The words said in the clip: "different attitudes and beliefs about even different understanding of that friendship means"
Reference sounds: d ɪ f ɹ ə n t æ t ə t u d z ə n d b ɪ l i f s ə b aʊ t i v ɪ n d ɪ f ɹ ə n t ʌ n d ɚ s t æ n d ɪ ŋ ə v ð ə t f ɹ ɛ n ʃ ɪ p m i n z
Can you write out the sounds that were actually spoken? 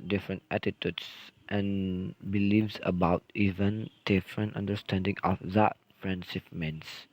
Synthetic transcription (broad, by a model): d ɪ f ɹ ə n t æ t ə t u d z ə n b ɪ l i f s ə b aʊ t i v ɪ n d ɪ f ɹ ə n t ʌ n d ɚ s t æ n d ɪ ŋ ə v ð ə t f ɹ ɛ n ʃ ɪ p m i n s